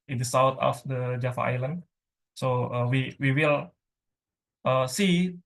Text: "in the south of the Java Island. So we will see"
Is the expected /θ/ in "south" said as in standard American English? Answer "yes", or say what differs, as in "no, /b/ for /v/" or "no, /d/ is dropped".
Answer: no, /t/ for /θ/